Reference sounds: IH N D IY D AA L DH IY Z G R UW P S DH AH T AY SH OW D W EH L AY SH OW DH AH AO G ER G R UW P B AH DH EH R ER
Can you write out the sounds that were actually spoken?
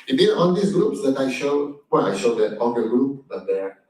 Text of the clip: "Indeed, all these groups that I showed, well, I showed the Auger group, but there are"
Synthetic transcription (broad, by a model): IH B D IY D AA N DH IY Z G R UW P S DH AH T AY SH OW D W EH L AY SH OW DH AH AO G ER G R UW P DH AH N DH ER